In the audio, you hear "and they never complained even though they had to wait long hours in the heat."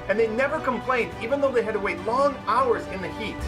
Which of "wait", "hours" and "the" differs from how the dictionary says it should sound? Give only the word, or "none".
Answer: none